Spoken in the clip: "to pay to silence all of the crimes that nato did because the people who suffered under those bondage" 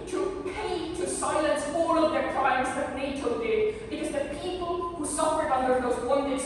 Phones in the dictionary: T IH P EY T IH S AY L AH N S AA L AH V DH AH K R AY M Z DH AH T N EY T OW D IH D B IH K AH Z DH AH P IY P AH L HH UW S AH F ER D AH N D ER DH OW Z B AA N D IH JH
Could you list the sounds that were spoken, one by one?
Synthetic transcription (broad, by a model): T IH P EY T IH S AY L AH N S AA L AH V DH AH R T AY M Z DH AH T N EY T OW D IH D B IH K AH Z DH AH P IY P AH L HH UW S AH F ER D AH N D ER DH OW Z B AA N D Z